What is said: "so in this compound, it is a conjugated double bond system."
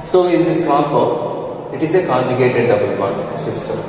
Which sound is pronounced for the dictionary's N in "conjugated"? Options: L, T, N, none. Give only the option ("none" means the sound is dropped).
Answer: none